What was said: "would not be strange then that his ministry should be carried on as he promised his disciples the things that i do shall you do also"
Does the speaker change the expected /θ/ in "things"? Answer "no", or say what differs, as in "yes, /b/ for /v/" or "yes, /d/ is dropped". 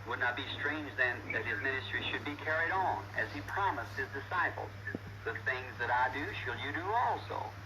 no